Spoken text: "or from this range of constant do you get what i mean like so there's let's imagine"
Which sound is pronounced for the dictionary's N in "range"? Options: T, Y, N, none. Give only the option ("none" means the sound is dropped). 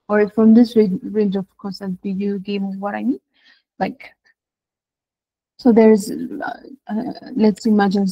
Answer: N